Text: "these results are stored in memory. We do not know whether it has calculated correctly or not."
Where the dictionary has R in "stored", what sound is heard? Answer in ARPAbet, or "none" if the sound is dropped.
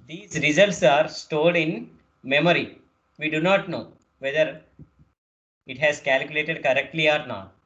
L